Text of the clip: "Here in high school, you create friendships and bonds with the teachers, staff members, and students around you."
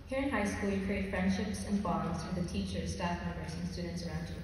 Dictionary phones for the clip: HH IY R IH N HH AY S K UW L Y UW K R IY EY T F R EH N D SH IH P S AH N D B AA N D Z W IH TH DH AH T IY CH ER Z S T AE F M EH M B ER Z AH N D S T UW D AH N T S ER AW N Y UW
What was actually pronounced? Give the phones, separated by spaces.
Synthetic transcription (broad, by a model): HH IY R IH N HH AY S K UW L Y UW K R IY EY T F R EH N D SH IH P S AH N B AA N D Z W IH DH AH T IY CH ER Z S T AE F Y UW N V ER S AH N S T UW D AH N T S ER AW N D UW